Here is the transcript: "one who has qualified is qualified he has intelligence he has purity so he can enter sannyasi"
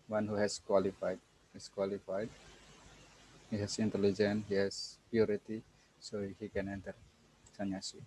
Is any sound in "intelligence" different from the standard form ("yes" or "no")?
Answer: yes